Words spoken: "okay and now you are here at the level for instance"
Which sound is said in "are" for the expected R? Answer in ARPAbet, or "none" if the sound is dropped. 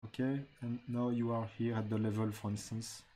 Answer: R